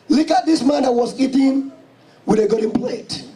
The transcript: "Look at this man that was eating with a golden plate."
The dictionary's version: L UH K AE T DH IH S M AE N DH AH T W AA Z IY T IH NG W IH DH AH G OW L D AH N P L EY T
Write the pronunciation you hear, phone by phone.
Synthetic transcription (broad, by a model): L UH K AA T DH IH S M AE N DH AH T W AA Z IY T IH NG W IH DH AH G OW D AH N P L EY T